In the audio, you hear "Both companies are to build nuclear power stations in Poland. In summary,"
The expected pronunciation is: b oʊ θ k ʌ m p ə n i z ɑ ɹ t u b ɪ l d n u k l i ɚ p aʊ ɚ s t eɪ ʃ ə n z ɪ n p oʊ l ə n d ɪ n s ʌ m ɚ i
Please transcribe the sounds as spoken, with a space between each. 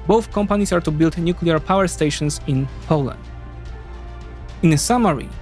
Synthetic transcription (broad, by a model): b oʊ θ k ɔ m p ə n i s ɑ ɹ t u b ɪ l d n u k l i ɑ p aʊ ɚ s t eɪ ʃ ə n s ɪ n p oʊ l ə n d ɪ n s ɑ m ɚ i